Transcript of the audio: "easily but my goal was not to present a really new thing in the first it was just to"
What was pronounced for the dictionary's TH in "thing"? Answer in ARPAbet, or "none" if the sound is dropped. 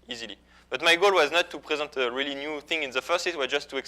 TH